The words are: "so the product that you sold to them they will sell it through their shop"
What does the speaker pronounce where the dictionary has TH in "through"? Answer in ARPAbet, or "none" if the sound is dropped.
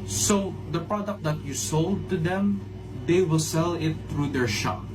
T